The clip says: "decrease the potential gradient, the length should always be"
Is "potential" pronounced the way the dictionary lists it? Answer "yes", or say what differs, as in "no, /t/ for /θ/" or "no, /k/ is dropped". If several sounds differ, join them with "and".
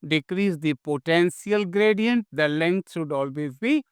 no, /s/ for /ʃ/